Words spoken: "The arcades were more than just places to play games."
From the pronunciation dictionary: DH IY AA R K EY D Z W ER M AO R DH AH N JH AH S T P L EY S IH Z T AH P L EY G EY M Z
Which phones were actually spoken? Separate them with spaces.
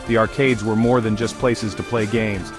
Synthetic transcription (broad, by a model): DH IY AA R K EY D Z W ER M AO R DH AH N JH AH S P L EY S IH Z T AH P L EY G EY M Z